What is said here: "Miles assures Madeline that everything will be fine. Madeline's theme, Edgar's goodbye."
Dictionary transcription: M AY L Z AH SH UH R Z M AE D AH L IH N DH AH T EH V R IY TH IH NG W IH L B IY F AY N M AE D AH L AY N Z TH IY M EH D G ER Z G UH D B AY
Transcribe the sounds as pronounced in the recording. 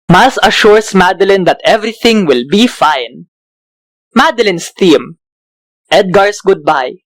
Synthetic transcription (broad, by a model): M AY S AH SH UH R S M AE D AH L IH N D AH T EH V R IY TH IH NG W IH L B IY F AY N M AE D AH L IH N S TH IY M EH D G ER S G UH D B AY